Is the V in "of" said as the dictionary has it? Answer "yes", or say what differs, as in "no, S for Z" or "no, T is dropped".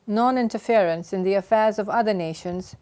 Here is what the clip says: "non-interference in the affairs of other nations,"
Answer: yes